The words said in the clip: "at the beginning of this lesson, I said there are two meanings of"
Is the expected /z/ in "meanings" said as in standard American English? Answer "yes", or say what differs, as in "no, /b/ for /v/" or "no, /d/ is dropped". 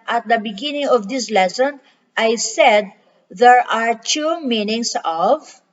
no, /s/ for /z/